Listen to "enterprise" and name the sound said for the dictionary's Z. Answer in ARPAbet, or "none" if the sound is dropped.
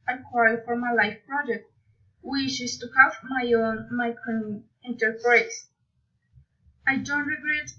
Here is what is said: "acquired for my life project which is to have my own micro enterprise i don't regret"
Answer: S